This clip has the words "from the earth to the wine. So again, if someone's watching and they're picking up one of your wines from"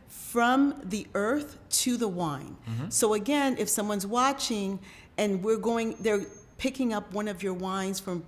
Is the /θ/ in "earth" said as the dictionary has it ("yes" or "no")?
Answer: yes